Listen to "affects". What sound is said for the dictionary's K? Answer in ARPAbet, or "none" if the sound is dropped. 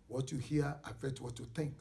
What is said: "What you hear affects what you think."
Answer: none